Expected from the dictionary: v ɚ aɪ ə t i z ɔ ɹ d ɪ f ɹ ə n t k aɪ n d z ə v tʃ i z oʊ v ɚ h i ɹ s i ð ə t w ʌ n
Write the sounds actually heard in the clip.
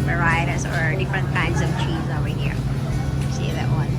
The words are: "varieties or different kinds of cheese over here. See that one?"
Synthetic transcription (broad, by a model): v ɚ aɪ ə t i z ɔ ɹ d ɪ f ɹ ə n t k aɪ n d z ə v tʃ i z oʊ w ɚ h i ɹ s i ð ə t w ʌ n